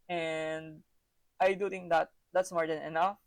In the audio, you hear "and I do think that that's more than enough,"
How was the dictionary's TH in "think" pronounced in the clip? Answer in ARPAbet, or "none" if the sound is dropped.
T